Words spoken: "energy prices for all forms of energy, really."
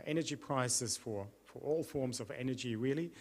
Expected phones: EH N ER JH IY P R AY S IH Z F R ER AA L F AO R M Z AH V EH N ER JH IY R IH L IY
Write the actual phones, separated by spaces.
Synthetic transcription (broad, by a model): EH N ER JH IY P R AY S IH Z F R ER AA L F AO R M Z AH V EH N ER JH IY R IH L IY